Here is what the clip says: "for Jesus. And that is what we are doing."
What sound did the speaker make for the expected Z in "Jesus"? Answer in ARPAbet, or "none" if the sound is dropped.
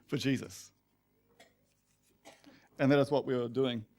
Z